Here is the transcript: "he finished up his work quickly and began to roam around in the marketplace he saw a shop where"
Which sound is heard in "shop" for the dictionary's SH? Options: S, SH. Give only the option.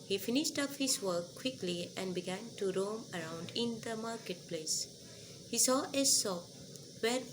S